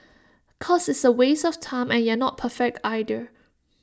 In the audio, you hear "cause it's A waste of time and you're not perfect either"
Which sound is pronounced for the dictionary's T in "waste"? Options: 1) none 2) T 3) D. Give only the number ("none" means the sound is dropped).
1